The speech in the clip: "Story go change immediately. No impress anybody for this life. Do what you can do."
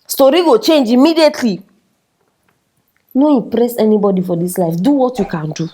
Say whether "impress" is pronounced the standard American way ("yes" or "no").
no